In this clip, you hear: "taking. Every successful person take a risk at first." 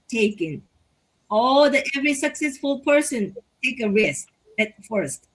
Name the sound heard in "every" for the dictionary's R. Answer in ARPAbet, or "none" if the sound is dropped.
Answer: R